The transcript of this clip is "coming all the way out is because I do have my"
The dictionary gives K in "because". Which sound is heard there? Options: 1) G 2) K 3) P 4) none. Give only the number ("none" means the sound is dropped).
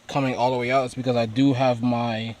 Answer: 2